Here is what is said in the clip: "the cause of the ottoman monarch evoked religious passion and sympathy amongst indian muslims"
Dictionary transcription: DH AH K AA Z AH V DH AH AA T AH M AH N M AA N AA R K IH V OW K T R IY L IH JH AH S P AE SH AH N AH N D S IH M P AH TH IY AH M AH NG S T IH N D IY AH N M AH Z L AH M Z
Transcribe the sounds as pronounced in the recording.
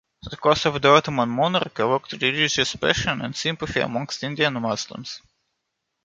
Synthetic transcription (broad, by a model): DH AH K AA S AH V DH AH AA T AH M AH N M AA N AA R K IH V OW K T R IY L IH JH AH S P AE SH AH N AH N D S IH M P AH F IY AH M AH NG S T IH N D IY AH N M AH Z L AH M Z